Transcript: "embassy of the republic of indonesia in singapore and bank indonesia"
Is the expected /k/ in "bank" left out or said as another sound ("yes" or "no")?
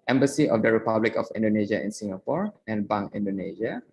yes